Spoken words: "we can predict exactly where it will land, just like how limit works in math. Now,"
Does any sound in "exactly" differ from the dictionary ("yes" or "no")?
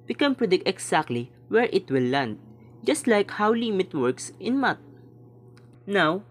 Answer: yes